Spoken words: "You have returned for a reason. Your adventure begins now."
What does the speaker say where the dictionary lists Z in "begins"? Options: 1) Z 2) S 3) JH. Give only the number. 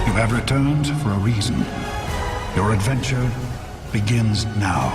1